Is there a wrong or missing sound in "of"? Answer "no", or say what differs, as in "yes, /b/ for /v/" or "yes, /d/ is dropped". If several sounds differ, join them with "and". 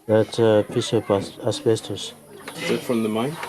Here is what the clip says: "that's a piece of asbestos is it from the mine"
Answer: yes, /p/ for /v/